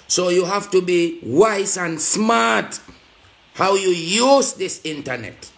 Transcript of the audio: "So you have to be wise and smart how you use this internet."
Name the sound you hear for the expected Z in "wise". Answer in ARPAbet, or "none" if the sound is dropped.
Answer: S